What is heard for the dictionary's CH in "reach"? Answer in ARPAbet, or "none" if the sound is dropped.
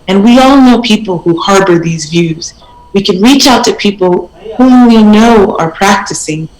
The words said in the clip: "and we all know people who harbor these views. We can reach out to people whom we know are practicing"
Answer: CH